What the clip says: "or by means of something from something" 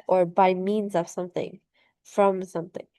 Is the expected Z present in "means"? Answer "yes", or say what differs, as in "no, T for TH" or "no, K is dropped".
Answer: yes